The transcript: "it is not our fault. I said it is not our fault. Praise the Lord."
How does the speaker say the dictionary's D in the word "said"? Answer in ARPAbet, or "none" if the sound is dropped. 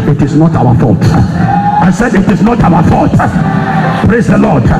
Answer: D